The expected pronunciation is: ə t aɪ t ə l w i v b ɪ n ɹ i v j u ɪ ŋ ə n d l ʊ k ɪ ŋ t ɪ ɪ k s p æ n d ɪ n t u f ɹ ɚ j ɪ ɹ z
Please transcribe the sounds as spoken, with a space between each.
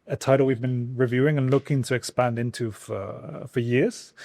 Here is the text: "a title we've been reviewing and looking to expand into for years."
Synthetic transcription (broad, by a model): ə t aɪ t l w i v b ɪ n ɹ i v j u ɪ ŋ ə n l ʊ k ɪ ŋ t ɪ ɪ k s p æ n d ɪ n t u f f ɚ j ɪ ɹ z